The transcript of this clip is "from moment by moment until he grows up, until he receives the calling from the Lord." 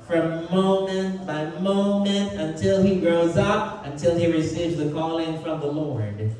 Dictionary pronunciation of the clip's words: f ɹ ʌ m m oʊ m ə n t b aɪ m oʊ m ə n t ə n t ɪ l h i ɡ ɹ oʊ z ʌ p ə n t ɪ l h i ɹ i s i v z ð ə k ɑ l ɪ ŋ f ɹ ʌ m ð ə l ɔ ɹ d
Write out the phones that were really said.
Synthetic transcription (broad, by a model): f ɹ ʌ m m oʊ m ə n t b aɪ m oʊ m ə n t ə n t ɪ l i ɡ ɹ oʊ z ʌ p ə n t ɪ l i ɹ i s i v z ð ə k ɑ l ɪ ŋ f ɹ ʌ m ð ə l ɔ ɹ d